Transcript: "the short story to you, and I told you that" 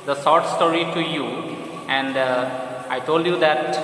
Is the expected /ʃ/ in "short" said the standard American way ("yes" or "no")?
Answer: no